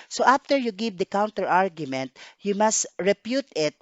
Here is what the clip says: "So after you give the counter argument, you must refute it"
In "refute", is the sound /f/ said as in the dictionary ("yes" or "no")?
no